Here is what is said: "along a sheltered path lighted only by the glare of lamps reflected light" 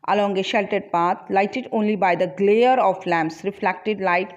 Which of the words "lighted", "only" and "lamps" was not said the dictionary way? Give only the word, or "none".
none